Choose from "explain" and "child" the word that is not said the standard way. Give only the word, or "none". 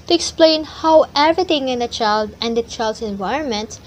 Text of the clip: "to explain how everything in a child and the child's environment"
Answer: none